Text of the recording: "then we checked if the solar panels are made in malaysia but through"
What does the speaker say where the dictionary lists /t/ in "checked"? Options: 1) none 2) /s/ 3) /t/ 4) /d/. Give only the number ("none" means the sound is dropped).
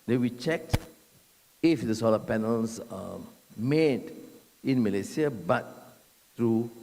3